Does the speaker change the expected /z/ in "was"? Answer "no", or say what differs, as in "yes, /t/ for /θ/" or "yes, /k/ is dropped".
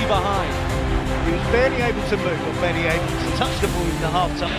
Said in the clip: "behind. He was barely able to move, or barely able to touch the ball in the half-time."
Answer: no